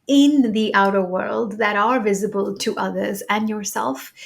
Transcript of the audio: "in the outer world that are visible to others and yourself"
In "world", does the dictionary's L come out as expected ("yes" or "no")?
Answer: yes